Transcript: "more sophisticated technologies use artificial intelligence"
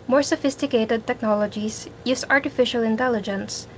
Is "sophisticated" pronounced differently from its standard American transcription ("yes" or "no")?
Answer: no